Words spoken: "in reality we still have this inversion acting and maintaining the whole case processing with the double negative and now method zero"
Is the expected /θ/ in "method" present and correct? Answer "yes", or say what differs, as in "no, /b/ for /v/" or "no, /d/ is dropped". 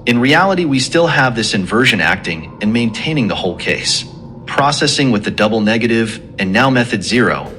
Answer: yes